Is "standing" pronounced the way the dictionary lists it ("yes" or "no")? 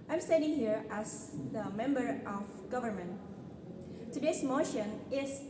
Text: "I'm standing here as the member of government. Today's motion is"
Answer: no